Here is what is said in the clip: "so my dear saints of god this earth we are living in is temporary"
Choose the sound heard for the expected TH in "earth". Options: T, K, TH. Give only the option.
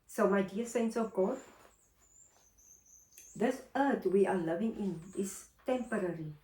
T